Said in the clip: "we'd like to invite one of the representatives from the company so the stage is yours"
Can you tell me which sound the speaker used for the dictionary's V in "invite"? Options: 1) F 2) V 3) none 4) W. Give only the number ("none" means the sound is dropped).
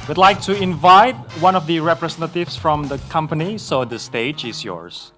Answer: 2